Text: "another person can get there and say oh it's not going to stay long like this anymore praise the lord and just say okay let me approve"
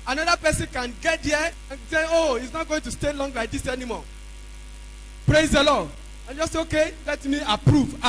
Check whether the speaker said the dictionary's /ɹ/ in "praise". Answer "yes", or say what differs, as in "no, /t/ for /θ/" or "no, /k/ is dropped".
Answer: yes